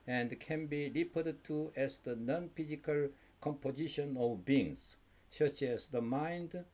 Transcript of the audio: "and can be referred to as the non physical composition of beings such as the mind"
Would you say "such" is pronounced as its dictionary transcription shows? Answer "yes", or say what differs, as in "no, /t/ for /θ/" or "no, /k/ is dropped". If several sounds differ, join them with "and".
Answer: yes